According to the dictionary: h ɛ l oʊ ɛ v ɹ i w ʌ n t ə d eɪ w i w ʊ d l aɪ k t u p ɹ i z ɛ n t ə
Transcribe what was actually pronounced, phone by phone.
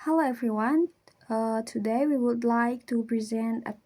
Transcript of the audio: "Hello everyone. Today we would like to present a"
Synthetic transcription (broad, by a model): h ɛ l oʊ ɛ v ɹ i w ʌ n t ə d eɪ w i w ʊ d l aɪ k t u p ɹ i z ɛ n t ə